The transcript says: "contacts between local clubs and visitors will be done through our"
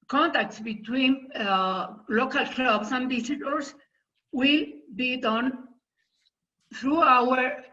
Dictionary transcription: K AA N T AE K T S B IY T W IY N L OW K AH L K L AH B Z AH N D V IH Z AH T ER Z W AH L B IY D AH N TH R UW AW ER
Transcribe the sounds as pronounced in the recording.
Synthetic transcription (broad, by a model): K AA N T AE K T S B IY T W IY N L OW K AH L K L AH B S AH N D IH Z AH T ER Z W AH L B IY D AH N TH R UW AW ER